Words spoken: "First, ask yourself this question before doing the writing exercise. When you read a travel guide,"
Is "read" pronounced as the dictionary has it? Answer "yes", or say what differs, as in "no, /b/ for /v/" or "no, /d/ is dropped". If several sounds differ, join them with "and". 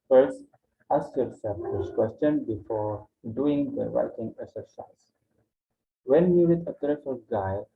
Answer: no, /w/ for /ɹ/